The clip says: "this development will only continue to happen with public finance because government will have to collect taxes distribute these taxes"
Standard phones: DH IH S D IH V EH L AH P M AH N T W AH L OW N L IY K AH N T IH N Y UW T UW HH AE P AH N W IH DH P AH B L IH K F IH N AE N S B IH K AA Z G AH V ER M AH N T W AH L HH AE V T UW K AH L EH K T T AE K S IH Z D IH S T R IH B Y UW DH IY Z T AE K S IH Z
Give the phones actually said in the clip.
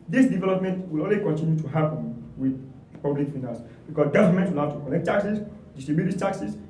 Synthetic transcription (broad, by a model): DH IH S D IH V EH L AH P M AH N T W AH L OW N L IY K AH N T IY N Y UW T UW HH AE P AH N W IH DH P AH B L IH K F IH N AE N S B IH K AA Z G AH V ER M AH N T W AH L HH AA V T UW K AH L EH K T T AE K S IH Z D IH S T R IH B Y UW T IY T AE K S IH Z